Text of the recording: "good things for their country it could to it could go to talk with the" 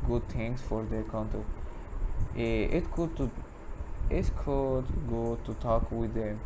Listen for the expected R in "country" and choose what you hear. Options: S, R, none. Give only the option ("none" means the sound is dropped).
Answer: none